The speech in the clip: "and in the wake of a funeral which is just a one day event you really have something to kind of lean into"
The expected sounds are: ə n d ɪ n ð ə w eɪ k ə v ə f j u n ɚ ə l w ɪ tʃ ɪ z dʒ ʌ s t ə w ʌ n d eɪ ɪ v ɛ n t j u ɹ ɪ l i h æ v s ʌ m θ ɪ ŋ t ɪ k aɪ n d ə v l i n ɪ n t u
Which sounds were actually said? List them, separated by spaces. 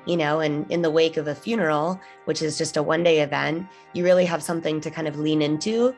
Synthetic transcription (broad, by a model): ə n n ɪ n ð ə w eɪ k ə v ə f j u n ɚ l w ɪ tʃ ɪ z dʒ ʌ s t ə w ʌ n d eɪ ɪ v ɛ n t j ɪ ɹ ɪ l i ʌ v s ʌ m θ ɪ ŋ t ɪ k aɪ n d ə v l i n ɪ n t u